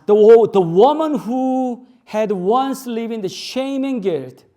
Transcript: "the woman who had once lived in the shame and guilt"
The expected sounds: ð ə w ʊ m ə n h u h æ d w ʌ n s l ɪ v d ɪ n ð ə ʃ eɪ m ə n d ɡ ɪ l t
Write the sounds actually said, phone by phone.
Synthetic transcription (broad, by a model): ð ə w ʊ m ə n h u h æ d w ʌ n s l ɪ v ɪ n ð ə ʃ eɪ m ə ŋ ɡ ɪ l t